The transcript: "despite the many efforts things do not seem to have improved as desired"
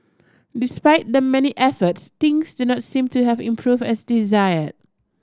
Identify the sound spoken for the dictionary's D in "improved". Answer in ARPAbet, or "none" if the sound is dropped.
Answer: none